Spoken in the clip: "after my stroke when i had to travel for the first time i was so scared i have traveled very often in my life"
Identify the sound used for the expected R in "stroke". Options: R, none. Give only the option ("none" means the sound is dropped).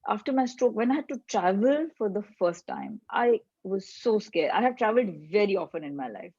R